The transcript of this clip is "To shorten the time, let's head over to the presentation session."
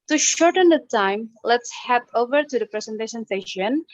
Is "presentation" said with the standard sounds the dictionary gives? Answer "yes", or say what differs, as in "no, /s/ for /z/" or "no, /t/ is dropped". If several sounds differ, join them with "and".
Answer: no, /s/ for /ʃ/